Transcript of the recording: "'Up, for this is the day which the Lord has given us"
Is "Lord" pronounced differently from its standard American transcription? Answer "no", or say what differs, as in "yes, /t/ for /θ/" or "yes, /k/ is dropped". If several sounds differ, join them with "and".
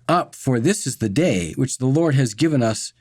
no